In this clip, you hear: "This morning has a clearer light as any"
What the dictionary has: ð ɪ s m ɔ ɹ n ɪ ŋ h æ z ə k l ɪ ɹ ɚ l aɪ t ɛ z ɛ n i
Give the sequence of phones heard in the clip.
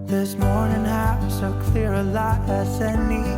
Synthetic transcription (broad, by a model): ð ɪ s m ɔ ɹ n ɪ ŋ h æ s ə k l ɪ ɹ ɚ l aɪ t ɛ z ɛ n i